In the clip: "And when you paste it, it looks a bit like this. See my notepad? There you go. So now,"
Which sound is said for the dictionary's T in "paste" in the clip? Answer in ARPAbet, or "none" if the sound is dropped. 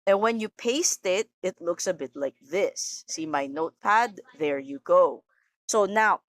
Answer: T